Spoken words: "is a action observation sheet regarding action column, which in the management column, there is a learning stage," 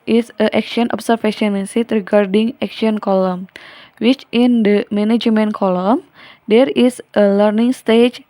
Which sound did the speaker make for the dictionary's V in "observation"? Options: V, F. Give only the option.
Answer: F